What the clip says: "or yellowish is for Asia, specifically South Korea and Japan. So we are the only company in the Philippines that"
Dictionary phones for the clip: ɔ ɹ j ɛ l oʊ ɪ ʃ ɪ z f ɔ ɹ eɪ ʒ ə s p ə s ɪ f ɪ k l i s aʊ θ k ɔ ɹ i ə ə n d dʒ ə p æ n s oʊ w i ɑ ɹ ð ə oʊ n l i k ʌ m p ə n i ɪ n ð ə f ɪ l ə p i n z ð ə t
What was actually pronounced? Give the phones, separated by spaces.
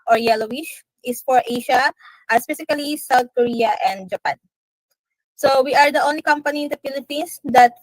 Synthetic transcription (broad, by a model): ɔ ɹ j ɛ l oʊ ɪ ʃ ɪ s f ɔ ɹ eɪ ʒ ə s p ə s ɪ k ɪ l i s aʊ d k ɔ ɹ i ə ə n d dʒ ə p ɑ n s oʊ w i ɑ ɹ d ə oʊ n l i k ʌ m p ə n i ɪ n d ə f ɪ l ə p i n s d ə t